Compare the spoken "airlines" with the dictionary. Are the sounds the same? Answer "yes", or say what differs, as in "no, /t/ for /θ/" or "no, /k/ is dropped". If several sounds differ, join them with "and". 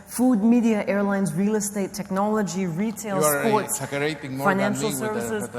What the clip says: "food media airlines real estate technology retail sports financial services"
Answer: yes